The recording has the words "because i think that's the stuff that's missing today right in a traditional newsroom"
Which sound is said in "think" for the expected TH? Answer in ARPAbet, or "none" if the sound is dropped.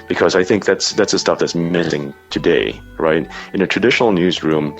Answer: TH